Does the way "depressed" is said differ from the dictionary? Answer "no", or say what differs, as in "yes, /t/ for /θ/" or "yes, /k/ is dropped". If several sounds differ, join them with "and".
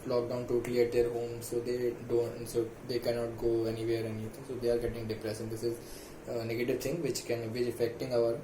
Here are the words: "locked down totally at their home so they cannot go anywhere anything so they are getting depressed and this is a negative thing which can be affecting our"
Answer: yes, /t/ is dropped